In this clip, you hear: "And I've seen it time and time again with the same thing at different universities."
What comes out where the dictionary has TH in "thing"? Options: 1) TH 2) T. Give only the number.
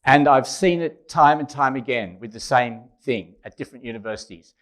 1